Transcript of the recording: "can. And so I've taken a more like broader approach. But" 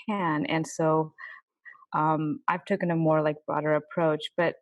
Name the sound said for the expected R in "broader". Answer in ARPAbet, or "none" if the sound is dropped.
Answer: none